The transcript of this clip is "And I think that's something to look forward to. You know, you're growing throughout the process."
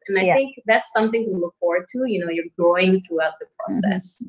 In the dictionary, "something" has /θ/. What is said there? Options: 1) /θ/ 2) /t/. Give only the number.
1